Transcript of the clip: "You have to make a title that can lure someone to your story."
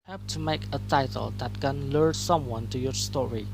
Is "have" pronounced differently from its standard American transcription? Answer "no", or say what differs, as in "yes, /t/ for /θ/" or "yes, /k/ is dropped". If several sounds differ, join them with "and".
yes, /p/ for /v/